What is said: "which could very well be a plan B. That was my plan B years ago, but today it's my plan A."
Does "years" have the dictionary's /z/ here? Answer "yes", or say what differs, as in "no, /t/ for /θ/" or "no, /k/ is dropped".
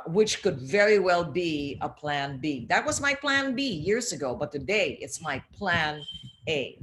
yes